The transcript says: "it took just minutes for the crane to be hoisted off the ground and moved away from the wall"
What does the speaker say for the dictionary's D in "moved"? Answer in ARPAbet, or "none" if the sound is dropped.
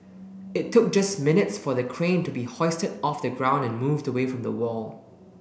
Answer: D